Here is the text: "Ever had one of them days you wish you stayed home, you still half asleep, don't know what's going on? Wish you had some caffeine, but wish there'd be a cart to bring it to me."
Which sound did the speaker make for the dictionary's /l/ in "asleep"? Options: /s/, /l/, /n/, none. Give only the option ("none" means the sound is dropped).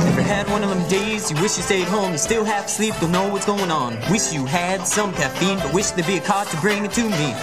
/l/